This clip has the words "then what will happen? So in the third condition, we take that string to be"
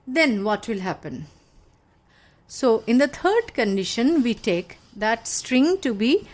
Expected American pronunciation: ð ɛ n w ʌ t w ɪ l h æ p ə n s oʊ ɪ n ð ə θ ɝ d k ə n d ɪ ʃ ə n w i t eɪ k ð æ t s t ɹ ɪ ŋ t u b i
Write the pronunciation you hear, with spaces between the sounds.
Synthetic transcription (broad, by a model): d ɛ n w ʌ t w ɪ l h æ p ə n s oʊ ɪ n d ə t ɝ d k ə n d ɪ ʃ ə n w i t eɪ k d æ t s t ɹ ɪ ŋ t u b i